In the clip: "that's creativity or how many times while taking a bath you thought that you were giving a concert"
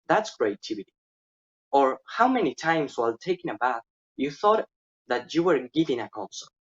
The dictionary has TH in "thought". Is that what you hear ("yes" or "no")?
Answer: yes